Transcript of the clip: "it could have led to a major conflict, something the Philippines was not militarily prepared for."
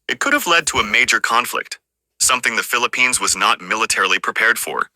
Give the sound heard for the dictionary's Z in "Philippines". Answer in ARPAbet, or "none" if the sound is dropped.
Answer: Z